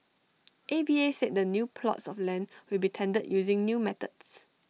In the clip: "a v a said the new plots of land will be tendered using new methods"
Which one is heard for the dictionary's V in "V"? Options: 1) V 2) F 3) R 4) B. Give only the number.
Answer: 4